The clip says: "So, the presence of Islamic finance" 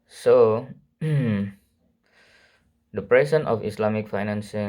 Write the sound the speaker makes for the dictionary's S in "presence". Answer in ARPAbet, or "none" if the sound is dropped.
none